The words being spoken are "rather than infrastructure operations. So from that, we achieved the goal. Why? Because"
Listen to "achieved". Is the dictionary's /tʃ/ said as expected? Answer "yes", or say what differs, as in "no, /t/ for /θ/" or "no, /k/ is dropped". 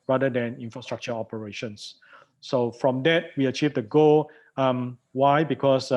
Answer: yes